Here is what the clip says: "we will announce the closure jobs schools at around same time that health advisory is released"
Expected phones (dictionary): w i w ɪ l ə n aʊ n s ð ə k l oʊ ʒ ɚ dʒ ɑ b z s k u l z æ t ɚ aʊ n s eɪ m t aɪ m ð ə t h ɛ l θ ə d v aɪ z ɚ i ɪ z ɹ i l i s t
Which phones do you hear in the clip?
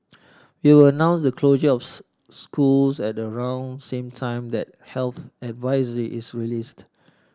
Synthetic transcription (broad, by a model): w i w ɪ l ə n aʊ n s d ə k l oʊ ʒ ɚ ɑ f s k u l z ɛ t ɚ aʊ n s eɪ m t aɪ m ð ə t h ɛ l θ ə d v aɪ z ɚ i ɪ s ɹ i l i s t